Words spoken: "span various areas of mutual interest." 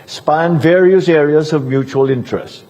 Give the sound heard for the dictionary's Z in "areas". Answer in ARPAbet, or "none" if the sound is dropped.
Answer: Z